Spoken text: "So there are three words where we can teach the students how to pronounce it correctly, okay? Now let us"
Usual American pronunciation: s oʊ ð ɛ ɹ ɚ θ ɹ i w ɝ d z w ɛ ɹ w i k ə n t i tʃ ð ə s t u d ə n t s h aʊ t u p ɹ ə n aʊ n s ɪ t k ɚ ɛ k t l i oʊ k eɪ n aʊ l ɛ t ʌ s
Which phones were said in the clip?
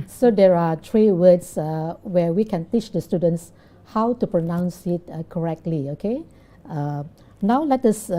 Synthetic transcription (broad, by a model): s oʊ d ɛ ɹ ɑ t ɹ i w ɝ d s w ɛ w i k ə n t i tʃ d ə s t u d ə n t s h aʊ t u p ɹ ə n aʊ n s ɪ t k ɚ ɛ k t l i oʊ k eɪ n aʊ l ɛ t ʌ s